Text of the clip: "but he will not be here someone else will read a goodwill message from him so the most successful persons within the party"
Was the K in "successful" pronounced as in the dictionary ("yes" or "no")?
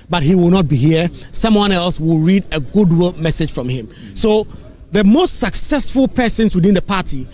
yes